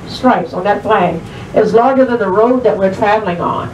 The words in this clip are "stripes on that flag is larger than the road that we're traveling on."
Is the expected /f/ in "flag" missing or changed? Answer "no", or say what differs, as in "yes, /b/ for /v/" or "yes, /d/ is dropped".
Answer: yes, /p/ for /f/